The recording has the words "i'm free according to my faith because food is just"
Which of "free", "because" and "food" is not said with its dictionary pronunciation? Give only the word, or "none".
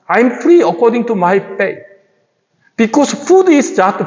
because